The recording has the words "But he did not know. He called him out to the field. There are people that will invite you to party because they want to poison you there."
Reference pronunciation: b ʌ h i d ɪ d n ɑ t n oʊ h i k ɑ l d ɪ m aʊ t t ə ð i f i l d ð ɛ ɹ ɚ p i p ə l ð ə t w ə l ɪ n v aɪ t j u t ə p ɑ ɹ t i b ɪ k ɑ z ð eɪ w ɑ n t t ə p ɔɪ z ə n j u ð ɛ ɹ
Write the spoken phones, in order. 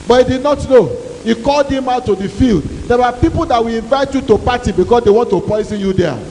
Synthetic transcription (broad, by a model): b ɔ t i d ɪ d n ɑ t n oʊ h i k ɑ l d ɪ m aʊ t t ə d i f i l d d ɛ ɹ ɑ p i p ə l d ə t w ə l ɪ n v aɪ t j u t ə p ɑ t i b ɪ k ɑ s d eɪ w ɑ n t t ə p ɔɪ z ə n j u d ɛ